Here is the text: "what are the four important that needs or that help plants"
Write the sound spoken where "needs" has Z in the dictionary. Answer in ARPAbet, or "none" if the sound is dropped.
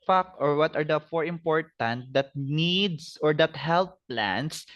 S